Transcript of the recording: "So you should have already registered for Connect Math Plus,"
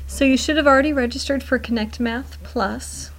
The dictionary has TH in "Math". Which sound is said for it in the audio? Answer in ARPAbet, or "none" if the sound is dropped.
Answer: TH